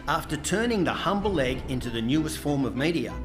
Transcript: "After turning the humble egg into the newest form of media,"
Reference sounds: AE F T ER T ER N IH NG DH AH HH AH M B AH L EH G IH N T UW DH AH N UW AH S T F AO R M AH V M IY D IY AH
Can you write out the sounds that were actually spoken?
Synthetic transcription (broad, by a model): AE F T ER T ER N IH NG DH AH HH AH M B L L EH G IH N T UW DH AH N UW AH S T F AO R M AH V M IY D IY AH